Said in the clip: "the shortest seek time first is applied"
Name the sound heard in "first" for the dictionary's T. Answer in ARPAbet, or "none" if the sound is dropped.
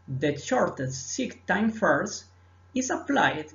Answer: none